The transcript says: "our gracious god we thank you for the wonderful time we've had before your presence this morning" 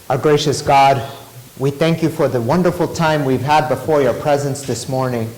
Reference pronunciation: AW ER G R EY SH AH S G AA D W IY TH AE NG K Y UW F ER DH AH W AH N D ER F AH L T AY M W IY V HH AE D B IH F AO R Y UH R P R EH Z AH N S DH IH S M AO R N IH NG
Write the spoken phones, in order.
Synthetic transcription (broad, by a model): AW G R EY SH AH S G AA D W IY TH AE NG K Y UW F ER DH AH W AH N D ER F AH L T AY M W IY V HH AE D B IH F AO R Y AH R P R EH Z AH N S DH IH S M AO R N IH NG